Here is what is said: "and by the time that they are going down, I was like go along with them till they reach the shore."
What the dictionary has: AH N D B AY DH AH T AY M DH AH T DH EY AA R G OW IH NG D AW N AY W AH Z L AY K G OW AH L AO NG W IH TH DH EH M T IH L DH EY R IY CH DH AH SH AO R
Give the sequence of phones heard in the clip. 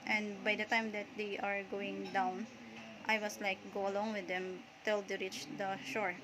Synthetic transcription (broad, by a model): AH N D B AY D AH T AY M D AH T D EY AA R G OW IH NG D AW N AY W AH S L AY K G OW AH L AO NG W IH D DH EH M T IH L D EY R IY CH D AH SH AO R